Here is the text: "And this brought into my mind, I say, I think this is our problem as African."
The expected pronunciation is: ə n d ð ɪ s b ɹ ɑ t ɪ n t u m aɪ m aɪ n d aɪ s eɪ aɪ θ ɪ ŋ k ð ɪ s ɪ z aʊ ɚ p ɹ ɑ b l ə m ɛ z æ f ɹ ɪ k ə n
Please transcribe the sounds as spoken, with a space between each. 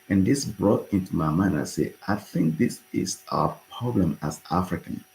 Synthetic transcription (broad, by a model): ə n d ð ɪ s b ɹ ɑ t ɪ n t u m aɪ m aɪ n aɪ s eɪ aɪ θ ɪ ŋ k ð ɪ s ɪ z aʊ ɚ p ɹ ɑ b l ə m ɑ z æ f ɹ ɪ k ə n